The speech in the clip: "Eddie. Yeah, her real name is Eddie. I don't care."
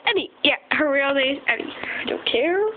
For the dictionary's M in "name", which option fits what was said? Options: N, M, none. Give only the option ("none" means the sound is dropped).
none